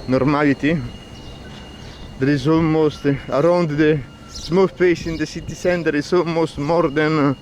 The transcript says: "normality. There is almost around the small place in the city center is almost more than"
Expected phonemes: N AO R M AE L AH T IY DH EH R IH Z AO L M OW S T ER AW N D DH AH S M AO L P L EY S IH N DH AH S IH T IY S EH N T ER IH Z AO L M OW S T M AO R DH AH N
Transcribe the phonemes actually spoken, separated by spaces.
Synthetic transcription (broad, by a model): N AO R M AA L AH T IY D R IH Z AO M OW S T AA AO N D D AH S M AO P EY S IH N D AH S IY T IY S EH N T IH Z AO M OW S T M AO R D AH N